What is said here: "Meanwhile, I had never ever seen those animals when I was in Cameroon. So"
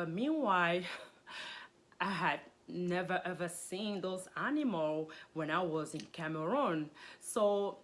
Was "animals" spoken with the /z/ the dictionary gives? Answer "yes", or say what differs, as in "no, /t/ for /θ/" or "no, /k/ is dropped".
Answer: no, /z/ is dropped